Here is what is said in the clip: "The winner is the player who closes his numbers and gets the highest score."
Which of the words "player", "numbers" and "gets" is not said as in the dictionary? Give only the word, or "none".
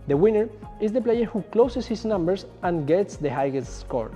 numbers